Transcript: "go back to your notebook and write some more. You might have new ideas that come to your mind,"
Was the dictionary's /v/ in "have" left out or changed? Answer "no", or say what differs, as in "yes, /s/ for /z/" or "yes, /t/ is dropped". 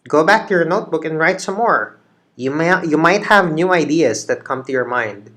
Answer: no